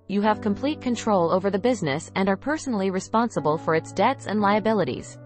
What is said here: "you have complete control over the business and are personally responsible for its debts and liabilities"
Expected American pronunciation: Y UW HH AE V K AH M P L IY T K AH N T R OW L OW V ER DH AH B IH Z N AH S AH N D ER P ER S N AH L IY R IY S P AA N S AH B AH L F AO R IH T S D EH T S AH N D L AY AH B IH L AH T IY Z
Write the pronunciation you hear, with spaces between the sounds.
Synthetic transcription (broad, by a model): Y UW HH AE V K AH M P L IY T K AH N T R OW L OW V ER DH AH B IH Z N AH S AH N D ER P ER S N L IY R IY S P AA N S AH B AH L F AO R IH T S D EH T S AH N D L AY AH B IH L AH T IY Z